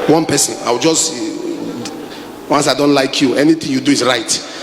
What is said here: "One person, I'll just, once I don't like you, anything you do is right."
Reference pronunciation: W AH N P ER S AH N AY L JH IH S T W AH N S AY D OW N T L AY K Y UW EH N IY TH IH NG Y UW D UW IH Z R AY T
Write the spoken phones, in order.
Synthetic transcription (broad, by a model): W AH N P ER S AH N AY W JH IH S T W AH N S AY D OW N T L AY K Y UW EH N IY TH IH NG Y UW D UW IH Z R AY T